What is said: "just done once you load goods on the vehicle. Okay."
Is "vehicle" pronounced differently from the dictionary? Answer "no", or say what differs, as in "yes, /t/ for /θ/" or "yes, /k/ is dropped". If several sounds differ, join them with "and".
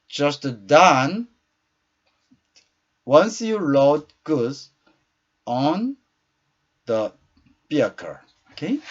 yes, /b/ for /v/